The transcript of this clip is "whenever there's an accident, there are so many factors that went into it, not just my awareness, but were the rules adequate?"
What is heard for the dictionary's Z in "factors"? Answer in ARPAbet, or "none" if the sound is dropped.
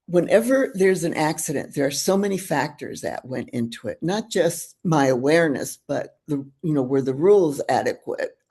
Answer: Z